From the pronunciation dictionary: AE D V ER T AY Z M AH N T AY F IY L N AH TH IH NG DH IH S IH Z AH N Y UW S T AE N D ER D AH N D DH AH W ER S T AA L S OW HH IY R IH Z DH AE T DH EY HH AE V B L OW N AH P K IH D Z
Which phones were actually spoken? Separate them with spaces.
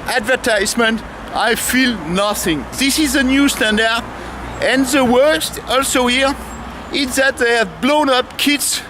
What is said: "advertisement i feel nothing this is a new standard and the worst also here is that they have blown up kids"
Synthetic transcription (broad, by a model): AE D V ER T AY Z M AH N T AY F IY L N AH TH IH NG DH IH S IH Z AH N Y UW S T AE N D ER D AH N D DH AH W ER S T AA L S OW HH IY R IH Z DH AE T DH EY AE V B L OW N AH P K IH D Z